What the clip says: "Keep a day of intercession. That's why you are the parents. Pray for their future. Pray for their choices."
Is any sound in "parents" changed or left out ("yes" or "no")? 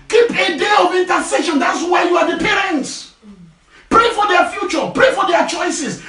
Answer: no